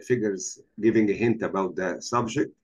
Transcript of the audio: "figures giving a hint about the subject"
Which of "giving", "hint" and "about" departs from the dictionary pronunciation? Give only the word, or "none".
none